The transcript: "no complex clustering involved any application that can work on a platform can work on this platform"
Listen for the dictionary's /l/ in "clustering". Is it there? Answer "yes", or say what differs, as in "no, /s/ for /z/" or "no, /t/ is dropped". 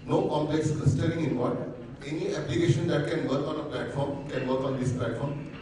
no, /l/ is dropped